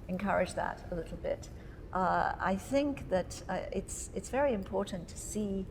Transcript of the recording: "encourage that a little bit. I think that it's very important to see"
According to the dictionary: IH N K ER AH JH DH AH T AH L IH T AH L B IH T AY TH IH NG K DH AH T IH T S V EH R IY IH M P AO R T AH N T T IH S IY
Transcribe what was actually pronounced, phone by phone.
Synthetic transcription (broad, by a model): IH N K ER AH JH DH AH T AH L IH T L B IH T AY TH IH NG K DH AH T IH T S V EH R IY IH M P AO R T N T T IH S IY